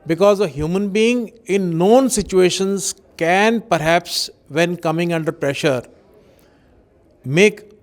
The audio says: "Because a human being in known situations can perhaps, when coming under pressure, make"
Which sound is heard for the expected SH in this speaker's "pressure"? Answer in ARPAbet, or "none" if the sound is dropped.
SH